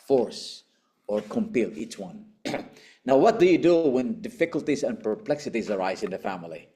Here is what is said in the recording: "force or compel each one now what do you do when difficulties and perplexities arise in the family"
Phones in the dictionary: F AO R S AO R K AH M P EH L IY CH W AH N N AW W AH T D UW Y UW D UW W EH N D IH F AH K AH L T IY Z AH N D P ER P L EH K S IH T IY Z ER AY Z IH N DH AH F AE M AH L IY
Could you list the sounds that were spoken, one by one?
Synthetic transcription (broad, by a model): F AO R S AO R K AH M P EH L IY CH W AH N N AW W AH T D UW Y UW D UW W EH N D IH F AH K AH L T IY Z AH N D P ER P L EH K S IH T IY Z ER AY Z IH N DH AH F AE M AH L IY